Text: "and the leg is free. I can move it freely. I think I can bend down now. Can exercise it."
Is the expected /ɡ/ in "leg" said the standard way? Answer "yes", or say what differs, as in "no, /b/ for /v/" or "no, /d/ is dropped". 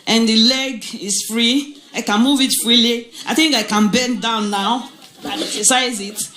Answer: yes